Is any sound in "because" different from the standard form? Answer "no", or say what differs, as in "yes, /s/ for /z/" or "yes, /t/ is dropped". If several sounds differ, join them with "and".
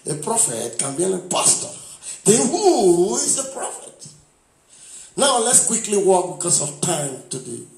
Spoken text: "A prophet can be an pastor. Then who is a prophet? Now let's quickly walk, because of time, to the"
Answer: yes, /s/ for /z/